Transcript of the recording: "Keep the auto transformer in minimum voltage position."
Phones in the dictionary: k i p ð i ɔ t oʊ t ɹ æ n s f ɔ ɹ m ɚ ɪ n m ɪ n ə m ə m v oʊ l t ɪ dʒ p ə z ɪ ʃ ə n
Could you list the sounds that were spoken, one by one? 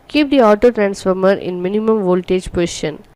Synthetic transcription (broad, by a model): k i p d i ɔ t oʊ t ɹ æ n s f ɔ ɹ m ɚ ɪ n m ɪ n ə m ə m v oʊ l t ɪ dʒ p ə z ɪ ʃ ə n